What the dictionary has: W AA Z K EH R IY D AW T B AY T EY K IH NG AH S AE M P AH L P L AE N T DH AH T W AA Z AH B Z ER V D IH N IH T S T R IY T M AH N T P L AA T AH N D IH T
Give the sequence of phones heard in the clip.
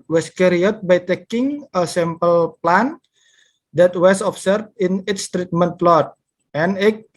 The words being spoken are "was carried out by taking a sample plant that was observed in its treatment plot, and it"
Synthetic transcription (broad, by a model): W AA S K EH R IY AW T B AY T EY K IH NG AH S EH M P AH L P L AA N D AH T W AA S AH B S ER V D IH N IH T S T R IY T M AH N T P L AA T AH N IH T